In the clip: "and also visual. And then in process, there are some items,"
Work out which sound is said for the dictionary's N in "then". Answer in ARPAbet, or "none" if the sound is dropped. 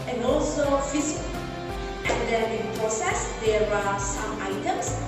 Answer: none